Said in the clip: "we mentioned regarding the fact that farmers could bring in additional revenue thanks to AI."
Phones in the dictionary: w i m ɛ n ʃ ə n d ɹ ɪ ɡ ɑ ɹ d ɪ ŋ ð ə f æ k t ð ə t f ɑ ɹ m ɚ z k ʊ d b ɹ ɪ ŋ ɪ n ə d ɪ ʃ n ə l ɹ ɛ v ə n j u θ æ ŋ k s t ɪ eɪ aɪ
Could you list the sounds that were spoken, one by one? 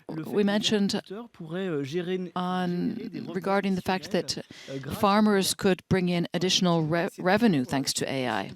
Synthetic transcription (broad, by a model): w i m ɛ n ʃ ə n d ɹ ɪ ɡ ɑ ɹ d ɪ ŋ ð ə f æ k t ð ə t f ɑ ɹ m ɚ z k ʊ d b ɹ ɪ ŋ ɪ n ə d ɪ ʃ n l ɹ ɛ v ə n j u θ æ ŋ k s t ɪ eɪ aɪ